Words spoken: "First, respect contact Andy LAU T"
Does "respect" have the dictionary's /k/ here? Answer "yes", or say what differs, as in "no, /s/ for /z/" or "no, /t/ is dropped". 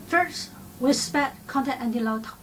no, /k/ is dropped